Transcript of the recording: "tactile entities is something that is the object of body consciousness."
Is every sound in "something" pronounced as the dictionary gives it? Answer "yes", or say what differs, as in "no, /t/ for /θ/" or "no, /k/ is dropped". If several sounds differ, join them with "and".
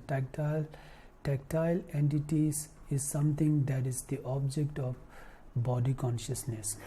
no, /t/ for /θ/